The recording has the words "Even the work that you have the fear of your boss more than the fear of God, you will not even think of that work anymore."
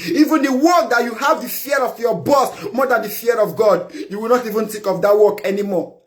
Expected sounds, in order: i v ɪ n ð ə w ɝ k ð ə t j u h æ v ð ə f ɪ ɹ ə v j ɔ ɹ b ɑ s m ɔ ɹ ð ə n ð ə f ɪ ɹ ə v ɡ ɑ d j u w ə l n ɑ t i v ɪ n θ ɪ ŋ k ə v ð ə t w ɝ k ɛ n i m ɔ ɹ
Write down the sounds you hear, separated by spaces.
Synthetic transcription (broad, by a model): i v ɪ n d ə w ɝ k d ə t j u h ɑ v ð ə f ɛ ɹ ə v j ɔ b ɑ s m ɔ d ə n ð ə f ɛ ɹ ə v ɡ ɑ d j u w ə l n ɑ t i v ɪ n t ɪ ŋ k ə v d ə t w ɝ k ɛ n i m ɔ